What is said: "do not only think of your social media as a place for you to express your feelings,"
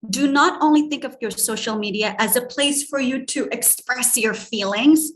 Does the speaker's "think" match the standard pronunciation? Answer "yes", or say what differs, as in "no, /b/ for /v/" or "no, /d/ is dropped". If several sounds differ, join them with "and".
yes